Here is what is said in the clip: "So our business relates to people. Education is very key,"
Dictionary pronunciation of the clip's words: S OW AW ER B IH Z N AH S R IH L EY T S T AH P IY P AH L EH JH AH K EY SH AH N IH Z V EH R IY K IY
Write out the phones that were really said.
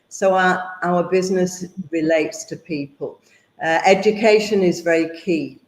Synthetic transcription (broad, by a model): S OW AW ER B IH Z N AH S R IH L EY T S T AH P IY P AH L EH JH AH K EY SH AH N IH Z V EH R IY K IY